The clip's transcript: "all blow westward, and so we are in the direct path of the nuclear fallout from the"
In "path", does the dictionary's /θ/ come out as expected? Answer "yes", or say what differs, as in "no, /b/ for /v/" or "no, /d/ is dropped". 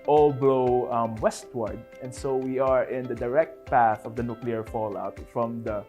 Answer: yes